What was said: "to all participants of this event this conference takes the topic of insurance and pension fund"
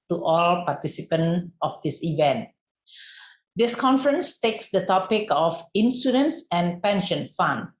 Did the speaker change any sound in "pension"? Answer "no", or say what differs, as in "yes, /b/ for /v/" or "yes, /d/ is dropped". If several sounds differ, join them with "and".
no